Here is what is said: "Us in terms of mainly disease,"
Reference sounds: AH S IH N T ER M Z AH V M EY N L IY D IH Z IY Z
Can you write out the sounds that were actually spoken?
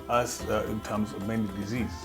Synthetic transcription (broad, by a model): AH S IH N T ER M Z AH V M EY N IY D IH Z IY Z